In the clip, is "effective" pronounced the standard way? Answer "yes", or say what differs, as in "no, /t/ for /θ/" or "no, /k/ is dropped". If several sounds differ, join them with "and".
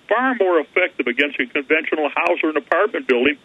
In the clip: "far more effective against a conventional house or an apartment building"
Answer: yes